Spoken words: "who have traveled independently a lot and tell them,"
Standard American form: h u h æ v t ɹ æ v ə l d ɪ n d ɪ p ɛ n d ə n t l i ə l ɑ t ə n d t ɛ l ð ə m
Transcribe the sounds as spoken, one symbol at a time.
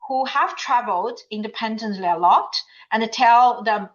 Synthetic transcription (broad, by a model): h u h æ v t ɹ æ v ə l d ɪ n d ɪ p ɛ n d ə n t l i ə l ɑ t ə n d t ɛ l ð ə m